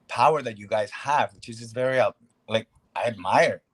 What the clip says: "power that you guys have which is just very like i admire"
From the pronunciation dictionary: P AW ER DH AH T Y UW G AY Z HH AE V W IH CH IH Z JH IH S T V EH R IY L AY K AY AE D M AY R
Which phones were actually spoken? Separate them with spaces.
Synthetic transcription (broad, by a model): P AW ER DH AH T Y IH G AY Z HH AE V W IH CH IH Z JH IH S V EH R IY L AY K AY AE D M AY R